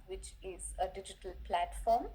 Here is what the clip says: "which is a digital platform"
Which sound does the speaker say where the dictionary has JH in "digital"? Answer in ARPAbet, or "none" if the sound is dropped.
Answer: JH